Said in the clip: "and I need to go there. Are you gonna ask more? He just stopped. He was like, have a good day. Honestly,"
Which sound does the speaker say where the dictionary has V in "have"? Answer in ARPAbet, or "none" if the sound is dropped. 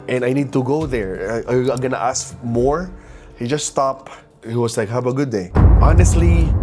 B